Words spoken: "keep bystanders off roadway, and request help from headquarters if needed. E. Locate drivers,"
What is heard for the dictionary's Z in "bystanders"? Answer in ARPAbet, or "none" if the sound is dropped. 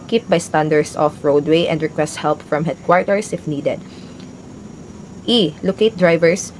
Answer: S